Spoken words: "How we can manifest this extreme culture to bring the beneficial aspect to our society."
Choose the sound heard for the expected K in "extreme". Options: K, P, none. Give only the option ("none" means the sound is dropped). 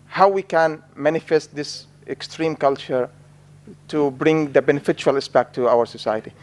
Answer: K